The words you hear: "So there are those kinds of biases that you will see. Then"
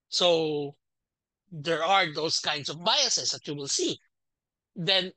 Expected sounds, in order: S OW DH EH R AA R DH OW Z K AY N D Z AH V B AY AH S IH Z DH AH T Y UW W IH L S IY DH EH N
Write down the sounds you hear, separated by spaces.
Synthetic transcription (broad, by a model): S OW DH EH R AA R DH OW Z K AY N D S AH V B AY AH S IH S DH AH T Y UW W IH L S IY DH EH N